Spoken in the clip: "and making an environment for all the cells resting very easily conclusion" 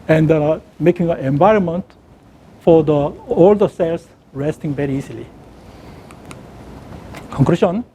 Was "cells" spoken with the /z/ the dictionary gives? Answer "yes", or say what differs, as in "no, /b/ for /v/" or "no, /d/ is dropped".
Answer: no, /s/ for /z/